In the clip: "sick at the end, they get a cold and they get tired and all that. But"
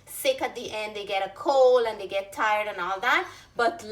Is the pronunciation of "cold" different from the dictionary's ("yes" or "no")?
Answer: yes